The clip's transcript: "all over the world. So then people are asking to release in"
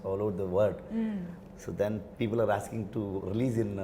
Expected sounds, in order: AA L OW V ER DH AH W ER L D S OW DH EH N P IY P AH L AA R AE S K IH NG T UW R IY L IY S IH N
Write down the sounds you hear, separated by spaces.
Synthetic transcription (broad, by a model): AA L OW ER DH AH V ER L D S OW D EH N P IY P AH L AA R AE S K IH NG T UW R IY L IY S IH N